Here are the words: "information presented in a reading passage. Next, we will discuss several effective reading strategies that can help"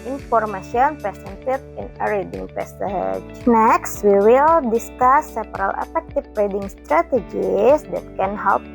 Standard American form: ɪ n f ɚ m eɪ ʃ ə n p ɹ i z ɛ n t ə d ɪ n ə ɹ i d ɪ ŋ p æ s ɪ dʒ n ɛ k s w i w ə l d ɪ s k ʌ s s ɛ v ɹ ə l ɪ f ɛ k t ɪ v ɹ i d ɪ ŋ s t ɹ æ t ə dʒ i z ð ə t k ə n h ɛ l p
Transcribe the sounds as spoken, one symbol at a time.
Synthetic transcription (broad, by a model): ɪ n f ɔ m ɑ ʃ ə n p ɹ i s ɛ n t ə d ɪ n ə ɹ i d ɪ ŋ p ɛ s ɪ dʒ n ɛ k s w i w ə l d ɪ s k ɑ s s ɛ p ɹ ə l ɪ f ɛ k t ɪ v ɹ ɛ d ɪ ŋ s t ɹ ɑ t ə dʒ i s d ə t k ə n h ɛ l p